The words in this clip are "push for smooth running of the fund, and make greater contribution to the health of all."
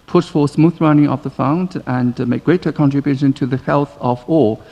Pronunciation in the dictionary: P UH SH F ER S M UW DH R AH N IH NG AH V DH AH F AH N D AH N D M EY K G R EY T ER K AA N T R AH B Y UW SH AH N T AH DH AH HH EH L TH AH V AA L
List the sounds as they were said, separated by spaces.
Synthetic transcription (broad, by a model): P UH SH F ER S M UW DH R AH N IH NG AH V DH AH F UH N D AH N M EY K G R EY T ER K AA N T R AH B Y UW SH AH N T AH DH AH HH EH L TH AH V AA